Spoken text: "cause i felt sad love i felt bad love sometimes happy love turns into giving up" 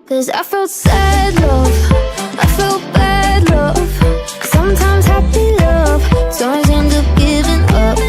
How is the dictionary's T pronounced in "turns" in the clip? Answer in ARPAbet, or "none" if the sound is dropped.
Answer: S